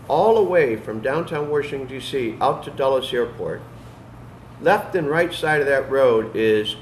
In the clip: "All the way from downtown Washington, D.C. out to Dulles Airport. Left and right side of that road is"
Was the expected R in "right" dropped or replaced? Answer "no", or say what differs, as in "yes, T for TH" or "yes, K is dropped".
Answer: no